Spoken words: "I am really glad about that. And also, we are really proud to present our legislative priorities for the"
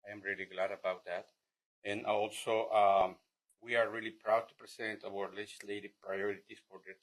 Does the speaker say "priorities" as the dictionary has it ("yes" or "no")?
no